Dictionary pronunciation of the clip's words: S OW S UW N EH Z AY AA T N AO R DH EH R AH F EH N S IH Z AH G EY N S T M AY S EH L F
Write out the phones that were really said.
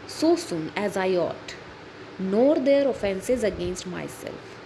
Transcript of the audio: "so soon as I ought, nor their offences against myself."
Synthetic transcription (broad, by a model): S OW S UW N EH Z AY AA T N AO R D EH R AH F EH N S IH Z AH G EY N S T M AY S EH L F